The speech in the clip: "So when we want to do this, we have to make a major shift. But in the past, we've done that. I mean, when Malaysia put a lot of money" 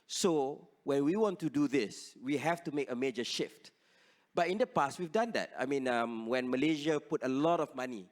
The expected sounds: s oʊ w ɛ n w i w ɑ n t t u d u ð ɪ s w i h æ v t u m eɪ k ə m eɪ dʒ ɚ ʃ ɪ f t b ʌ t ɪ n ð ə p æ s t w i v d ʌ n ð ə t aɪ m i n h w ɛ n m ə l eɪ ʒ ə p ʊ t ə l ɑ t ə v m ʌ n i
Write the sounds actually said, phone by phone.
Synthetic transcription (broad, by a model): s oʊ w ɛ n w i w ɑ n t t u d u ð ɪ s w i h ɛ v t u m eɪ k ə m eɪ dʒ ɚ ʃ ɪ f t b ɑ t ɪ n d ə p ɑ s t w i v d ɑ n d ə t aɪ m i n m w ɛ n m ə l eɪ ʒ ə p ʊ t ə l ɑ t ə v m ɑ n i